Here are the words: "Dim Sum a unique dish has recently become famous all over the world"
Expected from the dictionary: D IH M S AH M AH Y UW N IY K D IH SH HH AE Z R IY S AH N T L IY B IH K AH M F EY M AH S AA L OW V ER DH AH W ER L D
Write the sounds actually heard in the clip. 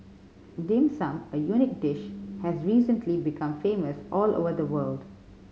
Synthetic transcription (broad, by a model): D IH M S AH M AH Y UW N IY K D IH SH HH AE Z R IY S AH N T L IY B IH K AH M F EY M AH S AA L OW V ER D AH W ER L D